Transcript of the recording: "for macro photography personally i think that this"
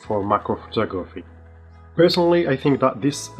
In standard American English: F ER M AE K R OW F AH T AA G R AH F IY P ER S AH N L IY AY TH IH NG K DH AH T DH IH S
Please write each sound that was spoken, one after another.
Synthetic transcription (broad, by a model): F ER M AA K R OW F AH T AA G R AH F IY P ER S AH N L IY AY TH IH NG K DH AH T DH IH S